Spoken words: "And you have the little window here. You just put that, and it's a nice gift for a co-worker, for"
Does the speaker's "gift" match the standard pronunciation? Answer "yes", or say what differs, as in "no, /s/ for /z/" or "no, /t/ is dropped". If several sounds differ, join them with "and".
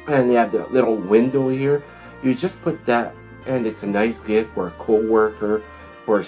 no, /f/ is dropped